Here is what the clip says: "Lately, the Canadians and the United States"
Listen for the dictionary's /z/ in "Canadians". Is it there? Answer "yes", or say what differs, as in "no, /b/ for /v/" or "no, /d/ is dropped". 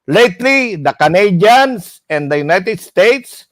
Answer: no, /s/ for /z/